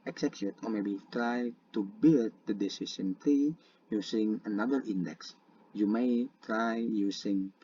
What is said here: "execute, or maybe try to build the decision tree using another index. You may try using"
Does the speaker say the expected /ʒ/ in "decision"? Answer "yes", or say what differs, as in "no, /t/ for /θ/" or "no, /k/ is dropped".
no, /s/ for /ʒ/